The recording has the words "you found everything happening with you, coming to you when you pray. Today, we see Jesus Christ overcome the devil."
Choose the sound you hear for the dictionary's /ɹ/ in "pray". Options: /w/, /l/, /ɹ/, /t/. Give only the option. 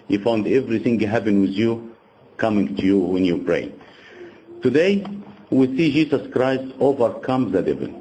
/ɹ/